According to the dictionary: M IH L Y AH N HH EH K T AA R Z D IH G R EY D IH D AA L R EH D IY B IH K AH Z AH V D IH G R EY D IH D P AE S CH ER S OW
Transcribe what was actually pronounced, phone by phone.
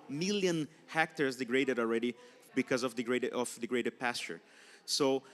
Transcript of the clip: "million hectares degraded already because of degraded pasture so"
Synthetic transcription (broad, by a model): M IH L Y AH N HH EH K T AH R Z D IH G R EY D IH D AA L R EH D IY B IH K AH Z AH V D IH G R EY D IH D P AE S CH ER S OW